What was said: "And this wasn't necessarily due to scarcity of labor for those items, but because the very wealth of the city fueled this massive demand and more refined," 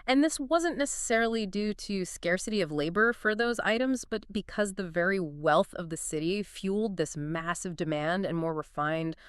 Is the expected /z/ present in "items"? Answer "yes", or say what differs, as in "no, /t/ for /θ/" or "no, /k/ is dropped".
yes